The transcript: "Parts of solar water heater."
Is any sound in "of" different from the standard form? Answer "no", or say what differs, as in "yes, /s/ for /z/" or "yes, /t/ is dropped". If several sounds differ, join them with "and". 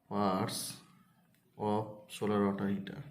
yes, /p/ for /v/